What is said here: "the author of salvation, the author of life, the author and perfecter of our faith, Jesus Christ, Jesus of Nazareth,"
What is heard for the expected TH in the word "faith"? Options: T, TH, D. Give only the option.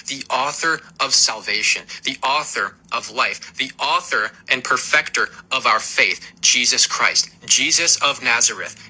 TH